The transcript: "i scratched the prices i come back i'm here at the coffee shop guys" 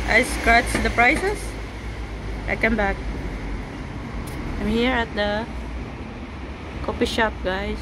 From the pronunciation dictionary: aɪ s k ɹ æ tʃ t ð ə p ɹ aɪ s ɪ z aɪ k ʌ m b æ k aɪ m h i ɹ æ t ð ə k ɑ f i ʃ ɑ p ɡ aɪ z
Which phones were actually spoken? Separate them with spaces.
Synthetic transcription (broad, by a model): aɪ s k ɹ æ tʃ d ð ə p ɹ aɪ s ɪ s aɪ k ʌ m b æ k aɪ m h i ɹ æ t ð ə k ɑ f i ʃ ɑ p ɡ aɪ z